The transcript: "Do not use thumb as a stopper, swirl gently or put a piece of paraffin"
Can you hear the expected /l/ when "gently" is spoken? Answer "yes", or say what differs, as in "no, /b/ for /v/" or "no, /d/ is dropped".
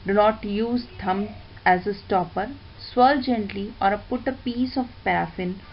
yes